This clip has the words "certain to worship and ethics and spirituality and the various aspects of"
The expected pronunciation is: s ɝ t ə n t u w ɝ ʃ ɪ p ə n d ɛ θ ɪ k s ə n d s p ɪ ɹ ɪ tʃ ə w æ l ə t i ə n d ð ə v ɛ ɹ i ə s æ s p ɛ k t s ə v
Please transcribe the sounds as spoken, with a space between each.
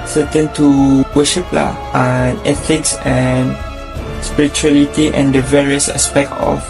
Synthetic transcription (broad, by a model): s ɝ t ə n t u w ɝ ʃ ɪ p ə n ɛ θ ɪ k s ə n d s p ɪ ɹ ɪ tʃ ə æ l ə t i ə n d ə v ɛ ɹ i ə s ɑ s p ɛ k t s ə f